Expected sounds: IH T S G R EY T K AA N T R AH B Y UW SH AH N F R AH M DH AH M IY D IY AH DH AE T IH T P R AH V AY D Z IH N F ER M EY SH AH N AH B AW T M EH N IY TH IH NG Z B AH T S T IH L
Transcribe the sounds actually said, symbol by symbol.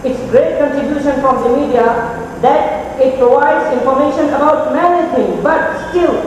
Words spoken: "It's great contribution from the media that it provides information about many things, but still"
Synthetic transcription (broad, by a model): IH T S G R EY T K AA N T R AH B Y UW SH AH N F R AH M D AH M IY D IY AH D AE T IH T P R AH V AY D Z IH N F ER M EY SH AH N AH B AW T M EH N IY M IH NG B AH T S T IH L